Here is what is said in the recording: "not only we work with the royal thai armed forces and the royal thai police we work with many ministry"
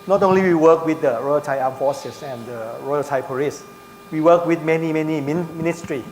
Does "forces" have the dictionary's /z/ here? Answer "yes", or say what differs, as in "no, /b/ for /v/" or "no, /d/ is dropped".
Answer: no, /s/ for /z/